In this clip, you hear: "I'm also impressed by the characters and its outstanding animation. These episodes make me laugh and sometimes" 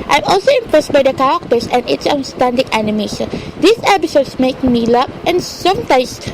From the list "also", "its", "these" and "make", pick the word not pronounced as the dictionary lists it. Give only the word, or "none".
these